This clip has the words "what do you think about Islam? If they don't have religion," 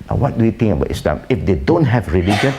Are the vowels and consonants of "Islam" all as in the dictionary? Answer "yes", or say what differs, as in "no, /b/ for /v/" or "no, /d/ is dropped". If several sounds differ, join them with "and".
yes